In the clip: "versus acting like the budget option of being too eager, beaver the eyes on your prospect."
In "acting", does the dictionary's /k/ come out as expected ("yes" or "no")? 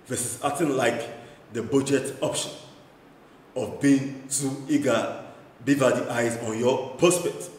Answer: no